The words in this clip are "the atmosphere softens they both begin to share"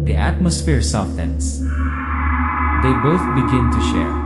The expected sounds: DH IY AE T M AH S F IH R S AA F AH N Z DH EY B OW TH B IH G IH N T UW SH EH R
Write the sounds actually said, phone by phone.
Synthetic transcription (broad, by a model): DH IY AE T M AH S F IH R S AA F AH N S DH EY B OW TH B IH G IH N T UW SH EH R